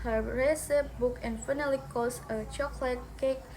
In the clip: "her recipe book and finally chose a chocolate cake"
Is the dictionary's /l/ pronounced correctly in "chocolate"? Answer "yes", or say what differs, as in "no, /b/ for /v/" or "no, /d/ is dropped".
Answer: yes